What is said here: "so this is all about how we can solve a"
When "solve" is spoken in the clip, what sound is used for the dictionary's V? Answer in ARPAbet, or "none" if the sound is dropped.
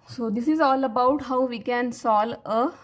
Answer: none